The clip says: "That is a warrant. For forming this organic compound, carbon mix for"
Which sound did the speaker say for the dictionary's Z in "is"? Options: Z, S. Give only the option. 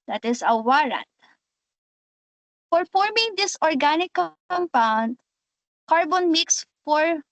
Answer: S